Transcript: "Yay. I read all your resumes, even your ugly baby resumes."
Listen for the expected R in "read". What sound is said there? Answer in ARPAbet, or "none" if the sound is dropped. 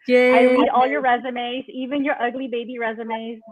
W